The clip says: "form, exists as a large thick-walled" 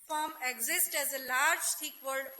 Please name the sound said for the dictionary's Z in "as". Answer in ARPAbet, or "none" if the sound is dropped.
Z